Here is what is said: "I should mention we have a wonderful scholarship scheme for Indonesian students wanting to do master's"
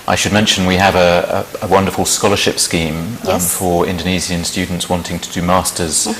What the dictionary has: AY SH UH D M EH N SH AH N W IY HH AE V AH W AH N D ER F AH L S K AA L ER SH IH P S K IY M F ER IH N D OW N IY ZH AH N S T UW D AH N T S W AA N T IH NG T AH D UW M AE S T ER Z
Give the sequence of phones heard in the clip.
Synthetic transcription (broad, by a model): AY SH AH D M EH N SH AH N W IY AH V AH W AH N D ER F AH L S K AA L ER SH IH P S K IY M F ER IH N D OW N IY Z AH N S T UW D N T S W AA N T IH NG T AH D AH M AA S T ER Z